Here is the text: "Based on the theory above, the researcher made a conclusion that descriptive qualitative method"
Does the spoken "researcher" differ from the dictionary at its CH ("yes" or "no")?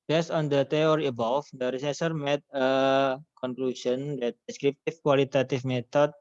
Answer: yes